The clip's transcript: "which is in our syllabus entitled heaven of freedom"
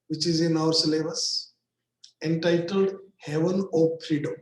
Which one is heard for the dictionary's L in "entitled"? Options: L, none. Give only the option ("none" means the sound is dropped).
L